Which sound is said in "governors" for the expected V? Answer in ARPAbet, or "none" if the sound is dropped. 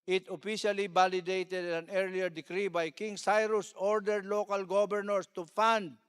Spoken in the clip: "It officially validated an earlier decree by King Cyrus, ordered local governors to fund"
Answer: B